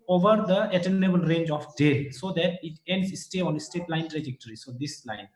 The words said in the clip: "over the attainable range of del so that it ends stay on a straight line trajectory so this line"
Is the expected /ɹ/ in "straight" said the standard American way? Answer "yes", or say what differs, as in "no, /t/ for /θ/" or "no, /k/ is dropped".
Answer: no, /ɹ/ is dropped